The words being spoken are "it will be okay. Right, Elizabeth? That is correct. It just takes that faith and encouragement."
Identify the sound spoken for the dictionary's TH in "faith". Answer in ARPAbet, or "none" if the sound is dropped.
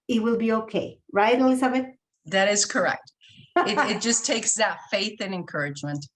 TH